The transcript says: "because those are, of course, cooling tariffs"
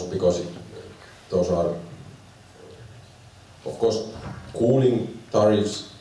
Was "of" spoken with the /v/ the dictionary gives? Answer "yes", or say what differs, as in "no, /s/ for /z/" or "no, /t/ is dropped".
no, /f/ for /v/